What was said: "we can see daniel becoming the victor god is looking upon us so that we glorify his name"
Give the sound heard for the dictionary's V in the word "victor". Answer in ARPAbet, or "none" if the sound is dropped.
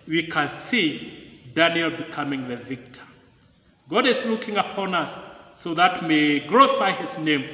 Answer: V